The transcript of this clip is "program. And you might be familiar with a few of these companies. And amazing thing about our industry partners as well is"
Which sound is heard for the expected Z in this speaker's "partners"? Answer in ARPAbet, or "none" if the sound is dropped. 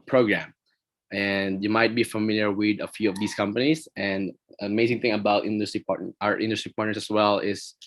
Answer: S